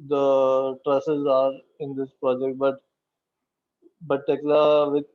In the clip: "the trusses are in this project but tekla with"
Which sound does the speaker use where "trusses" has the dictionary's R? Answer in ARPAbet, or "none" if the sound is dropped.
R